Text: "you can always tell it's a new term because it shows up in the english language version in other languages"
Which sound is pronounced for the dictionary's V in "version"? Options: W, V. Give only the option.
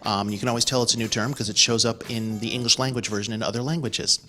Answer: V